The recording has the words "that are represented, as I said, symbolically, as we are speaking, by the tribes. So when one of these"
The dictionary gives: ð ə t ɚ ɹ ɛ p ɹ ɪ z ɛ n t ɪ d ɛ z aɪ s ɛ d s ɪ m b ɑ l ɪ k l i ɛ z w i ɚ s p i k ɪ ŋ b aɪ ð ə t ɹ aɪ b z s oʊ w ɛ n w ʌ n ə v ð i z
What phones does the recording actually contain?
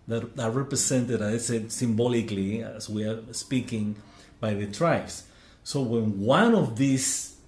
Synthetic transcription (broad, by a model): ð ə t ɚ ɹ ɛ p ɹ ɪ s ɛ n t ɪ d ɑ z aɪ s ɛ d s ɪ m b ɑ l ɪ k l i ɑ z w i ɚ s p i k ɪ ŋ b aɪ ð ə t ɹ aɪ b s s oʊ w ɛ n w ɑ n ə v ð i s